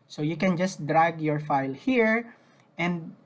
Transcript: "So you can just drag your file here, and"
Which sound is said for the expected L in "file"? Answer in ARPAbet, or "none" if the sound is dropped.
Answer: L